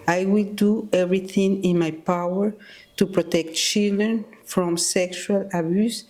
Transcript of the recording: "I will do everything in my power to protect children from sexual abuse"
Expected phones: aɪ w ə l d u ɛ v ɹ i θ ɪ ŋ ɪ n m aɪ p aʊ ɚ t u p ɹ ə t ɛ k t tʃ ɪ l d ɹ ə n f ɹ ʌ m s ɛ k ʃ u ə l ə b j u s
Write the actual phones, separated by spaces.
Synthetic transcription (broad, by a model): aɪ w ə l d u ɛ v ɹ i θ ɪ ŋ ɪ n m aɪ p aʊ ɚ t u p ɹ ə t ɛ k t tʃ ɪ l d ɹ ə n f ɹ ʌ m s ɛ k ʃ u ə l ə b j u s